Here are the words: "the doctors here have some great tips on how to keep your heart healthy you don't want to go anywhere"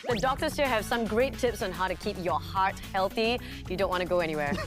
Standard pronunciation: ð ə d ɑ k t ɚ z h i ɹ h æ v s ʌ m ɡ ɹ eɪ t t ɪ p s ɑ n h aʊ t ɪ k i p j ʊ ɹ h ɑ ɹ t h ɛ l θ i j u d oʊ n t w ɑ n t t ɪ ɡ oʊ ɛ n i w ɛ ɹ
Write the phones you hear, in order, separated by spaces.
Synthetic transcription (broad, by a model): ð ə d ɑ k t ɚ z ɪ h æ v s ʌ m ɡ ɹ eɪ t t ɪ p s n h aʊ t ɪ k i p j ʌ ɹ h ɑ ɹ t h ɛ l θ i j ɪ d oʊ n t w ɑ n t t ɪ ɡ oʊ ɛ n i w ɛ ɹ